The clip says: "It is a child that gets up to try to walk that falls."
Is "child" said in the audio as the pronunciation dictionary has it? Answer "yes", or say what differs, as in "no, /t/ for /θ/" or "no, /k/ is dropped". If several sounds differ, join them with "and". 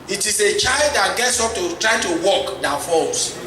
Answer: yes